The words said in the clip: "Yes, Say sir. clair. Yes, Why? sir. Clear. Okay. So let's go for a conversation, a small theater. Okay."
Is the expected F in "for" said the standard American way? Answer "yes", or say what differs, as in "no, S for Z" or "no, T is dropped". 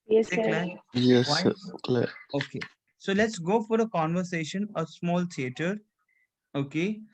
yes